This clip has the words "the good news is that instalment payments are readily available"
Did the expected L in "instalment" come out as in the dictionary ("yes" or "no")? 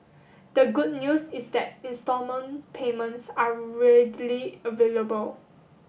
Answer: no